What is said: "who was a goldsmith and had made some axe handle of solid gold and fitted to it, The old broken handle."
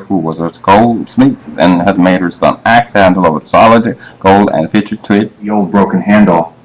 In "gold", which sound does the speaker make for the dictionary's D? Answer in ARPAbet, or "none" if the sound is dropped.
D